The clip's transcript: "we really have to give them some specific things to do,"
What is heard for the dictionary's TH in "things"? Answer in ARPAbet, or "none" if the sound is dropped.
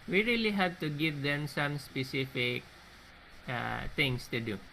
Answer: T